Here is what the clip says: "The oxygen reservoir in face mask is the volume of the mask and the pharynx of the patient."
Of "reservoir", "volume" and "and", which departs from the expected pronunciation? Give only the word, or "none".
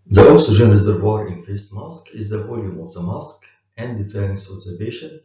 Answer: none